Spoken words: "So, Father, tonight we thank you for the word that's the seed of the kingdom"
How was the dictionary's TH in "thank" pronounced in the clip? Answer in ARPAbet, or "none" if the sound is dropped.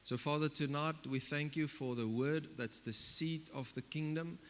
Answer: TH